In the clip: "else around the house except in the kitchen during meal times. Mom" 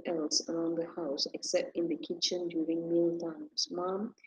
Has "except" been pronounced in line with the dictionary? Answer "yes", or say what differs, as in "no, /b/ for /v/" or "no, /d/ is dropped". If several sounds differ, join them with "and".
yes